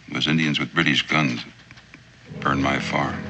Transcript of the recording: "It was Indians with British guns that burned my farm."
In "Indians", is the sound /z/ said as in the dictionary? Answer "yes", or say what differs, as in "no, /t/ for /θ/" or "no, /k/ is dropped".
yes